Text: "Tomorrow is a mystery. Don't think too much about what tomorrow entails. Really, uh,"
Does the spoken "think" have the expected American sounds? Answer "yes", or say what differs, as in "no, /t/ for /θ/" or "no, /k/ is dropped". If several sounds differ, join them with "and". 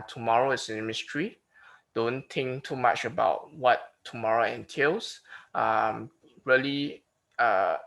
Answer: no, /t/ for /θ/